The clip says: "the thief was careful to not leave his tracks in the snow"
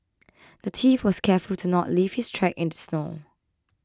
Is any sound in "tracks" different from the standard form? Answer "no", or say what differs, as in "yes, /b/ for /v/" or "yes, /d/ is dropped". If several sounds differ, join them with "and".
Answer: yes, /s/ is dropped